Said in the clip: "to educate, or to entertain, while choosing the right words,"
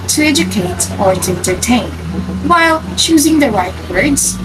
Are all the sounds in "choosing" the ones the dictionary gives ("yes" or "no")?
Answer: yes